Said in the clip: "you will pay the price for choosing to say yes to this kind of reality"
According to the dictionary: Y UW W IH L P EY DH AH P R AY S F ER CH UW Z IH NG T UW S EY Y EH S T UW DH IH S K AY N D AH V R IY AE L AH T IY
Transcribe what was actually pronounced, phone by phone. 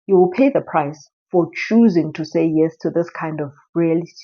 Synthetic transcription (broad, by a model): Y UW W IH L P EY DH AH P R AY S F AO CH UW Z IH NG T UW S EY Y EH S T UW DH IH S K AY N D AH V R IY L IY